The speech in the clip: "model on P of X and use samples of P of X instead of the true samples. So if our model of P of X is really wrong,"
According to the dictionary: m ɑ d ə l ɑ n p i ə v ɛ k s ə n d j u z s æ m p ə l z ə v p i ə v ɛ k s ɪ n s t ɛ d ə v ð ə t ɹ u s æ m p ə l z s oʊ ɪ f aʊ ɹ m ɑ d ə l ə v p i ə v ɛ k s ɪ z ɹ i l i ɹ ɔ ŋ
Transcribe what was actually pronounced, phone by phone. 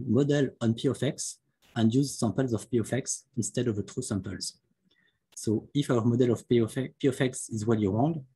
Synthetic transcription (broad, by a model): m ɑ d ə l ɑ n p i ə f ɛ k s ə n d j u z s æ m p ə l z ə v p i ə f ɛ k s ɪ n s t ɛ d ə v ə t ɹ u s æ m p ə l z s oʊ ɪ f aʊ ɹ m ɑ d ə l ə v p i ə f ɛ k s ɪ z w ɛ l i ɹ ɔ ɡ